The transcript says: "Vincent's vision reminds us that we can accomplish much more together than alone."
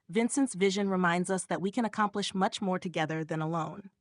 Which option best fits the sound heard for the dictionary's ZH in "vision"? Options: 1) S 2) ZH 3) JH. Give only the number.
2